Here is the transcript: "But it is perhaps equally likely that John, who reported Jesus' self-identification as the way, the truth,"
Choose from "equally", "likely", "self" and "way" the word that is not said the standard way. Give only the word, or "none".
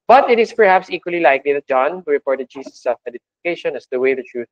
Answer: self